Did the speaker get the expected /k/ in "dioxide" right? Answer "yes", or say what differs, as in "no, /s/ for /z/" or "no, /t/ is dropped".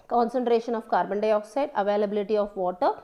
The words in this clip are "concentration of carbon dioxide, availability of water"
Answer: yes